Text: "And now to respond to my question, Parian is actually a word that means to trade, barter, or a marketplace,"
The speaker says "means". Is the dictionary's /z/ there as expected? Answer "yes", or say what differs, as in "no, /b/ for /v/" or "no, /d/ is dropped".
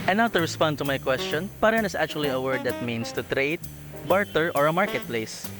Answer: no, /s/ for /z/